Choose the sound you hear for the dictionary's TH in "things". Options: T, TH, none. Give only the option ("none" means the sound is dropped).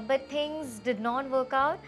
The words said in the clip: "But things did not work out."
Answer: T